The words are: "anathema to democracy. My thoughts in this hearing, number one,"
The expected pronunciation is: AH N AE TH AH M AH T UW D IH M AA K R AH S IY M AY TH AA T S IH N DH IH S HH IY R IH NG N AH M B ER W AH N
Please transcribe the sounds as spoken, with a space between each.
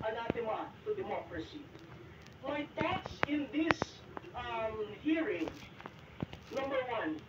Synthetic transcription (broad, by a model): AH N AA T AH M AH T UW D IH M AA K R AH S IY M AY T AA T S IH N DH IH S HH IY R IH NG N AH M B ER W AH N